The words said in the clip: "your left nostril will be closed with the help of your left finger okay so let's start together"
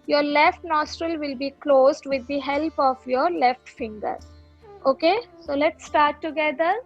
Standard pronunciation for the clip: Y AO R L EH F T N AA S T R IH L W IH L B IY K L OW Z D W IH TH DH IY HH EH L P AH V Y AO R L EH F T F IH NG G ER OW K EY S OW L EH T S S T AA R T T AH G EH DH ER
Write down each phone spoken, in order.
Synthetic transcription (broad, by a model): Y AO R L EH F T N AA S T R IH L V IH L B IY K L OW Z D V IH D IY HH EH L P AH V Y AO R L EH F T F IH NG G ER OW K EY S OW L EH T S S T AA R T T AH G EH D ER